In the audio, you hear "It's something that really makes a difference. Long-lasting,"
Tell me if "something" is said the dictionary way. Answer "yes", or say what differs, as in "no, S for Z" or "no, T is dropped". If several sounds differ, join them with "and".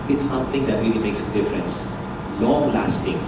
no, T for TH